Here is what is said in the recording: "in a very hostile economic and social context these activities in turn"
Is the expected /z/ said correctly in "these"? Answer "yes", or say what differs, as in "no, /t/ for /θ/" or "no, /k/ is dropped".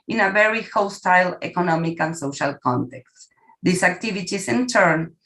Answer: no, /s/ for /z/